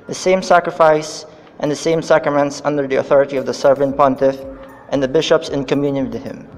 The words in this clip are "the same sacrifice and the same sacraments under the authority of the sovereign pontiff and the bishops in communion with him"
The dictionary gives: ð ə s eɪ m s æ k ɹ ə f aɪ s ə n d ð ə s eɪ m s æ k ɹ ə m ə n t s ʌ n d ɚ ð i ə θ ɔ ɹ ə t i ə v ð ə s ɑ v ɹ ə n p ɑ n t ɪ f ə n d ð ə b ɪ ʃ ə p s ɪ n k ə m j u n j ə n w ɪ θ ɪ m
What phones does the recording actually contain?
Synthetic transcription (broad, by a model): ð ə s eɪ m s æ k ɹ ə f aɪ s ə n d ð ə s eɪ m s æ k ɹ ə m ə n t s ʌ n d ɚ ð i ə θ ɔ ɹ ə t i ə v ð ə s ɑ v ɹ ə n p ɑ n t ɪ f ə n ð ə b ɪ ʃ ə p s ɪ n k ə m j u n j ə n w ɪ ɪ m